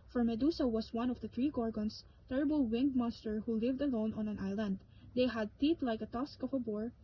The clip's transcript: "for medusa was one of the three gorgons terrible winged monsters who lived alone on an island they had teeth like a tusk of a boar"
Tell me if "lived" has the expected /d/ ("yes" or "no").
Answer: yes